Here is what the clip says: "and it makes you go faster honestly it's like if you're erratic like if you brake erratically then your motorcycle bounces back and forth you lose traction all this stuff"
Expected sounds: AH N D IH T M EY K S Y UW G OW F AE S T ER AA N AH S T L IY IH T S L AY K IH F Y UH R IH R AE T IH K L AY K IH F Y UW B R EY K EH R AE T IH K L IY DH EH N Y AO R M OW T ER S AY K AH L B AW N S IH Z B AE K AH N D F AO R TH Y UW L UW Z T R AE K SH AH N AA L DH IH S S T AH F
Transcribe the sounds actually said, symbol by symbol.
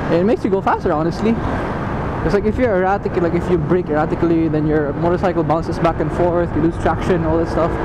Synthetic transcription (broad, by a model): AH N IH T M EY K S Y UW G OW F AE S T ER AA N AH S T L IY IH T S L AY K IH F Y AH R IH R AE T IH K L AY K IH F Y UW B R EY K EH R AE T IH K L IY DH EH N Y AO R M OW T ER S AY K AH L B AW N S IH S B AE K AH N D F AO R TH Y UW L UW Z T R AE K SH AH N AA L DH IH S S T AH F